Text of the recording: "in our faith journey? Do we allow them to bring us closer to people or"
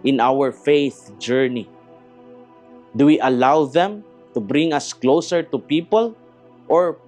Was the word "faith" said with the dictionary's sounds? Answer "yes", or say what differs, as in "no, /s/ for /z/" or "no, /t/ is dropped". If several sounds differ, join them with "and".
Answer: yes